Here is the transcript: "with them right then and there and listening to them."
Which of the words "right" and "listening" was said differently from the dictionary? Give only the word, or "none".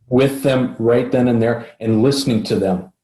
none